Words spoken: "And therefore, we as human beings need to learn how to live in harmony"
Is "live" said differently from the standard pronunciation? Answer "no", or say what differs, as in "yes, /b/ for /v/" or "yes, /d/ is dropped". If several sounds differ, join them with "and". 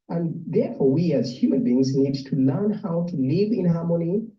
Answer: no